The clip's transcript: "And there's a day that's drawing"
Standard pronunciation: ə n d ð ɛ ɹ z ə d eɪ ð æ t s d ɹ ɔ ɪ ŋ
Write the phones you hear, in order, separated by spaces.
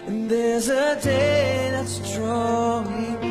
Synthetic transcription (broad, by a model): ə n ð ɛ ɹ z ə d eɪ ð æ t s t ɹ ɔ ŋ